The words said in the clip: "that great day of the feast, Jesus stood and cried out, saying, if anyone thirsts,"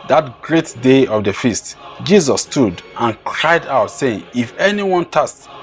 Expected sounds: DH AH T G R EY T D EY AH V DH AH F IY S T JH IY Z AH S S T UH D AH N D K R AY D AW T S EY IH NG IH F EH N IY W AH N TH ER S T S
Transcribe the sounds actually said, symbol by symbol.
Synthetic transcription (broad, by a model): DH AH T G R EY T D EY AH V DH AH F IY S T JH IY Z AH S S T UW D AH N K R AY D AW T S EY IH NG IH F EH N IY W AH N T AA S S